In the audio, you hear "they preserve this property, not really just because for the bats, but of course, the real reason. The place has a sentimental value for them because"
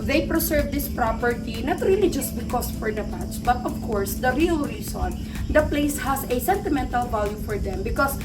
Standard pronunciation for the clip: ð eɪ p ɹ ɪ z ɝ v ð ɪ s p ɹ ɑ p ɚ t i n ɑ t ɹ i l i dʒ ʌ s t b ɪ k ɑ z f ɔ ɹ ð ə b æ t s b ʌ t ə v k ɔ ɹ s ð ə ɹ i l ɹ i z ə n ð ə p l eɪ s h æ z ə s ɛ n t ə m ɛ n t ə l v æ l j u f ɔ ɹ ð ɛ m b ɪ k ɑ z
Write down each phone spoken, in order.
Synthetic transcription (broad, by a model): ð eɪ p ɹ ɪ s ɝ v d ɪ s p ɹ ɑ p ɚ t i n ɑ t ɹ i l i dʒ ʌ s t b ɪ k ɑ s f ɔ ɹ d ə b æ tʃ b ʌ t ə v k ɔ ɹ s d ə ɹ i l ɹ i s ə n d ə p l eɪ s h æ s ə s ɛ n t ə m ɛ n t ə l v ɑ l j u f ɔ ɹ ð ɛ m b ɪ k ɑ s